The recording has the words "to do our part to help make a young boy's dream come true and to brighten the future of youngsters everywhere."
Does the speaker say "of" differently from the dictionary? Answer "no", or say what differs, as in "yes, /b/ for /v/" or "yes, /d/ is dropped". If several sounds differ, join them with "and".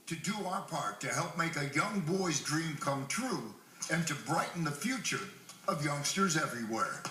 no